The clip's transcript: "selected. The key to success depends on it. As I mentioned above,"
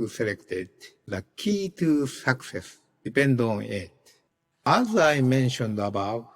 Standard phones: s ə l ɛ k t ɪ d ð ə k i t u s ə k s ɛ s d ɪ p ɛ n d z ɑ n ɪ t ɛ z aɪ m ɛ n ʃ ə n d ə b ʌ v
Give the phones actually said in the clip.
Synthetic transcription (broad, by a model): s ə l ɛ k t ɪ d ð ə k i t u s ə k s ɛ s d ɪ p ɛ n d ɑ n ɪ t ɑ z aɪ m ɛ n ʃ ə n d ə b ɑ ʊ